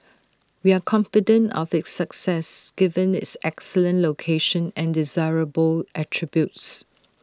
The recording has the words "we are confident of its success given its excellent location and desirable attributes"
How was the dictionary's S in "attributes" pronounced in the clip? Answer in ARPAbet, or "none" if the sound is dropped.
S